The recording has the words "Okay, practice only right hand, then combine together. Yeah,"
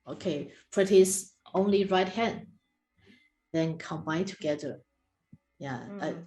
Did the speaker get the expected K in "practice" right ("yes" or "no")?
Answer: no